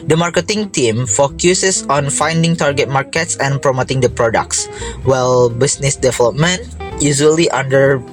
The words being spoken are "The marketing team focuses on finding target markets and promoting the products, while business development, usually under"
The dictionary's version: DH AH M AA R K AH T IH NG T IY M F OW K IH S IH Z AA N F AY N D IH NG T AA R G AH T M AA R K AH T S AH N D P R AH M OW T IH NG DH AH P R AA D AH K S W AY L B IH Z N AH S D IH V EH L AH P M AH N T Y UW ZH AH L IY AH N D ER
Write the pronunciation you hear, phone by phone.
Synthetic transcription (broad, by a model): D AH M AA R K AH T IH NG T IY M F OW K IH S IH S AA N F AY N D IH NG T AA R G AH T M AA R K AH T S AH N P R AH M OW T IH NG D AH P R AA D AH K S W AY L B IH S N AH S D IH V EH L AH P M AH N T Y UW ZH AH L IY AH N D ER